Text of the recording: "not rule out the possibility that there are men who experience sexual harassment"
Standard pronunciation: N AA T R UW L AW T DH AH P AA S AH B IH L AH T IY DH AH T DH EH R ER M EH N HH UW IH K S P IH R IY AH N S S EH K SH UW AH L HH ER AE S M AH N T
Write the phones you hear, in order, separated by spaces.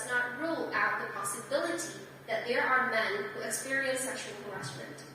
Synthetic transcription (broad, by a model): N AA T R UW L AW T DH AH P AA S AH B IH L AH T IY DH AH T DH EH R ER M EH N HH UW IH K S P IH R IY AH N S S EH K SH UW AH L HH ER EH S M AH N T